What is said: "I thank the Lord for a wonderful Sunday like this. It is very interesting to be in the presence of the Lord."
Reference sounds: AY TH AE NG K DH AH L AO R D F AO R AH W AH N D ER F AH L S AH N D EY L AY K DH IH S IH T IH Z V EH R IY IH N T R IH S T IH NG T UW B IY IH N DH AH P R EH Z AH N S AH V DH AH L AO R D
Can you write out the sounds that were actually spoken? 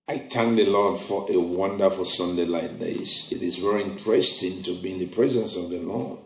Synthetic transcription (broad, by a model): AY T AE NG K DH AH L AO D F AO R AH W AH N D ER F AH L S AH N D EY L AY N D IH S IH T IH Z V EH R IY IH N T R IH S T IH NG T UW B IY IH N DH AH P R EH Z AH N S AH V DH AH L AO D